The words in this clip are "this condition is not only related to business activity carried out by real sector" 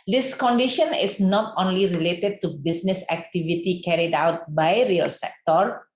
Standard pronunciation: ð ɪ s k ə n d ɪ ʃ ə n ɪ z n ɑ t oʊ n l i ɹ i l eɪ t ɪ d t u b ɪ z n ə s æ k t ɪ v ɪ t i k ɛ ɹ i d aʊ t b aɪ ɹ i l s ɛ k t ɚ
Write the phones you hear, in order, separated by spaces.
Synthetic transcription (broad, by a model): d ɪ s k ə n d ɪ ʃ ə n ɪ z n ɑ t oʊ n l i ɹ i l eɪ t ɪ d t u b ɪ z n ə s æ k t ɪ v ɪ t i k ɛ ɹ i d aʊ t b aɪ ɹ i l s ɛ k t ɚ